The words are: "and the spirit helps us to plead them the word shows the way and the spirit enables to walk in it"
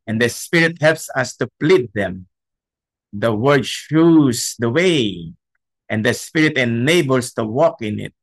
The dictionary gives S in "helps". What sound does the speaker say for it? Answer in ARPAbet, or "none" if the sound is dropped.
S